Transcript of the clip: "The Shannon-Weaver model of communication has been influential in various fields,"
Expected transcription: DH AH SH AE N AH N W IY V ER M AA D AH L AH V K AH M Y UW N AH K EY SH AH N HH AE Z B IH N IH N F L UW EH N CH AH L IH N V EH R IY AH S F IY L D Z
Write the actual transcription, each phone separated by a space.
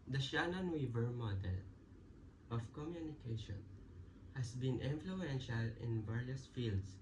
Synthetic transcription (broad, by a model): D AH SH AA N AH N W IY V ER M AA D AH L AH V K AH M Y UW N AH K EY SH AH N HH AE S B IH N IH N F L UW EH N SH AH L IH N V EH R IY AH S F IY L D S